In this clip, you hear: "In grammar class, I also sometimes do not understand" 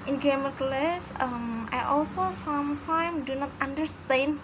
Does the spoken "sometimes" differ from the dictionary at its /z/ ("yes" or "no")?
yes